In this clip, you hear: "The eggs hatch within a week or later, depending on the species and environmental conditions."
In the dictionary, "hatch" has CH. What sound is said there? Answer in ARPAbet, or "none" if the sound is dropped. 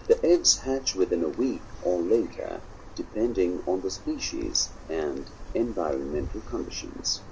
CH